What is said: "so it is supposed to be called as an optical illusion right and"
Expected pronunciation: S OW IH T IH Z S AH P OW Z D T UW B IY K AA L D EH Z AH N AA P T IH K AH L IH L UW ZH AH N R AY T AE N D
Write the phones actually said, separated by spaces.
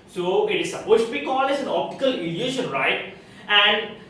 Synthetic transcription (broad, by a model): S OW IH T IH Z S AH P OW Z T UW B IY K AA L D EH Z AH N AA P T IH K AH L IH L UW SH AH N R AY T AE N D